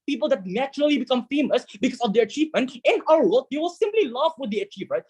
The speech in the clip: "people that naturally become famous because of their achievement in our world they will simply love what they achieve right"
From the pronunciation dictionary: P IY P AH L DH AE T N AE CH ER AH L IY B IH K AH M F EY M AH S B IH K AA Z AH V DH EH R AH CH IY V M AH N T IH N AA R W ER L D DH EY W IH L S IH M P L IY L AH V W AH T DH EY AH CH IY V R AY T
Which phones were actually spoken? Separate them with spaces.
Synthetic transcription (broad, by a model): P IY P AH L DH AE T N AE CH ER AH L IY B IH K AH M F EY M AH S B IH K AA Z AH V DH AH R AH CH IY V M AH N T IH N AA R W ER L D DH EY W IH L S IH M P L IY L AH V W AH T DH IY AH CH IY V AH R